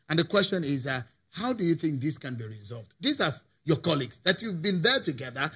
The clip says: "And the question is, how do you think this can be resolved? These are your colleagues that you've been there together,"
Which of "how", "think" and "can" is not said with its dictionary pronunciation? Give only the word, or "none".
none